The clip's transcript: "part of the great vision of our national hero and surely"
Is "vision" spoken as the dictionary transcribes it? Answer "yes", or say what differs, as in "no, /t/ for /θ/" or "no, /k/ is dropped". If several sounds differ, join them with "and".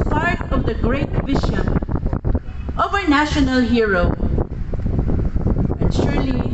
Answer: no, /ʃ/ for /ʒ/